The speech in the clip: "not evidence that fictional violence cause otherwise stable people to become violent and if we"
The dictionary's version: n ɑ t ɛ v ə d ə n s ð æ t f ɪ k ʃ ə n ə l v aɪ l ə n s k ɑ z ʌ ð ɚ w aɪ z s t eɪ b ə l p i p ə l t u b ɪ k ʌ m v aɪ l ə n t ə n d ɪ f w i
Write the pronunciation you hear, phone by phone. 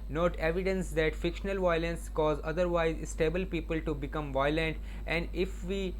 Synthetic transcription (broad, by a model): n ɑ t ɛ v ə d ə n s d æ t f ɪ k ʃ ə n ə l v aɪ l ə n s k ɑ z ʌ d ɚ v aɪ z s t eɪ b ə l p i p ə l t u b ɪ k ʌ m v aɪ l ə n t ə n d ɪ f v i